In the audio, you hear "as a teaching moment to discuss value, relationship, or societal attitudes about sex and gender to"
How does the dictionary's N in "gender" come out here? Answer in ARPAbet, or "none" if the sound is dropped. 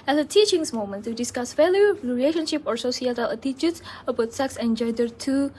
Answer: none